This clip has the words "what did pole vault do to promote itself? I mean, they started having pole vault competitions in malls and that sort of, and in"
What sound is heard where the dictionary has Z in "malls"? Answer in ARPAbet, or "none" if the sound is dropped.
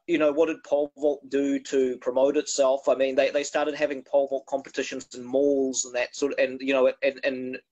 Z